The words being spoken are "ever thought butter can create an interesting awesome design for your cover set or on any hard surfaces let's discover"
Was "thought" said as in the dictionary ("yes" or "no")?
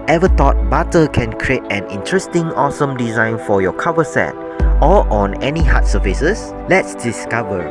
no